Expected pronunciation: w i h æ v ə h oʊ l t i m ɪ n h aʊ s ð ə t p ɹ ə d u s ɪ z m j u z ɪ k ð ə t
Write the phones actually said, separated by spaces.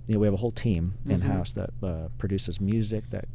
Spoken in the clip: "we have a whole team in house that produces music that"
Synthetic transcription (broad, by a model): w i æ v ə h oʊ l t i m ɪ n h aʊ s ð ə t p ɹ ə d u s ɪ z m j u z ɪ k ð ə t